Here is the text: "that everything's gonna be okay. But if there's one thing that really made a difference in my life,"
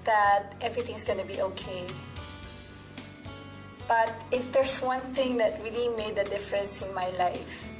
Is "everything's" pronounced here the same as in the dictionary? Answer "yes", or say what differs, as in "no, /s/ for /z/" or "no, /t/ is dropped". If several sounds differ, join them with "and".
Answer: no, /s/ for /z/